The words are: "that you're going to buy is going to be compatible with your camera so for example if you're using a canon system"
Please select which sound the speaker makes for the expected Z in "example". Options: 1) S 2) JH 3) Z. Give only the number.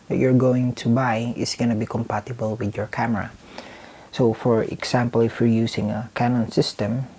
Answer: 1